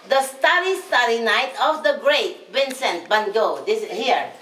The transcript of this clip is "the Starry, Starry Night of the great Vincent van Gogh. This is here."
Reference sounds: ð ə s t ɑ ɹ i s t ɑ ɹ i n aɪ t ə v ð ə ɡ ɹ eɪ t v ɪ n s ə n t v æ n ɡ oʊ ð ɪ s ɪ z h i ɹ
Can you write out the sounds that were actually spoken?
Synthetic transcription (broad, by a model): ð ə s t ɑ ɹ i s t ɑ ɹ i n aɪ t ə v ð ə ɡ ɹ eɪ t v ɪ n s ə n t b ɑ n ɡ oʊ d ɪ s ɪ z h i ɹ